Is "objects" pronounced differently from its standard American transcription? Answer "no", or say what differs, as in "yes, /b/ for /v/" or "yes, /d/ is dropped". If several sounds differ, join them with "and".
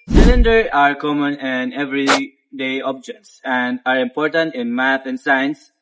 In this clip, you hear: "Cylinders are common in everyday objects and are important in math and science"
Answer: no